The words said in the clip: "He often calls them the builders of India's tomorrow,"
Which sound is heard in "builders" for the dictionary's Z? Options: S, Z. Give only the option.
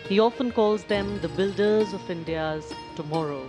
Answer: Z